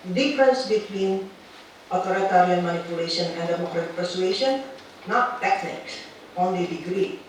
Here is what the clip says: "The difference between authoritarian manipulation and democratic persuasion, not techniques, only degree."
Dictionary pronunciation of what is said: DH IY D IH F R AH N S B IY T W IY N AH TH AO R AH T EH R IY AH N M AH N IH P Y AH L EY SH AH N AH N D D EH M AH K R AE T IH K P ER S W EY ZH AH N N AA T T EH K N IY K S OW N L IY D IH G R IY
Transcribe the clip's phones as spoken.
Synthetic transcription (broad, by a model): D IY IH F R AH N S B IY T W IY N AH T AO R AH T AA R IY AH N M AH N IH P Y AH L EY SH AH N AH N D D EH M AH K R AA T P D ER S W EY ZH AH N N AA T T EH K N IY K S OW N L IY D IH G R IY